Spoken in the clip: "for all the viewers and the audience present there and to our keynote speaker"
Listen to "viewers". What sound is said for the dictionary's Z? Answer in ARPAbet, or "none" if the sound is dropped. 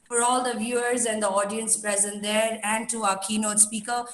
Z